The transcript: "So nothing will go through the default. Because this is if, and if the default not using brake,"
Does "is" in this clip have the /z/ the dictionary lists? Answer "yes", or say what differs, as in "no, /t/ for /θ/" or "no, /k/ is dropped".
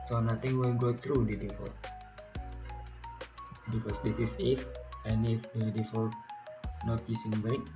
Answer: no, /s/ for /z/